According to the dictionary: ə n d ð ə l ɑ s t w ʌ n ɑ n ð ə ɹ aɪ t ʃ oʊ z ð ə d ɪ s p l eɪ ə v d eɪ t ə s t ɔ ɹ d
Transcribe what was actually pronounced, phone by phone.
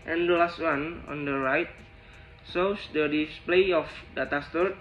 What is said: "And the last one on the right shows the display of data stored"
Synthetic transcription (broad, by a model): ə n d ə l ɑ s t w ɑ n ɑ n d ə ɹ aɪ t s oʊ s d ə d ɪ s p l eɪ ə f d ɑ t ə s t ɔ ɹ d